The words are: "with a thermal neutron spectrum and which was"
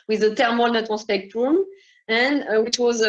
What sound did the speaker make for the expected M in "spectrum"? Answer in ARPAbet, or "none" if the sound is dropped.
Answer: M